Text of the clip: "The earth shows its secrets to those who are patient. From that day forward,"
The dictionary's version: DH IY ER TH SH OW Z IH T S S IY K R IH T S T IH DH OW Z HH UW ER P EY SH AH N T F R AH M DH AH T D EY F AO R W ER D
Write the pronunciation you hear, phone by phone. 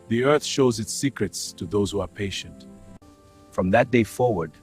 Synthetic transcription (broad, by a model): DH IY ER TH SH OW Z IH T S S IY K R IH T S T IH DH OW Z HH UW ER P EY SH AH N T F R AH M DH AH T D EY F AO R W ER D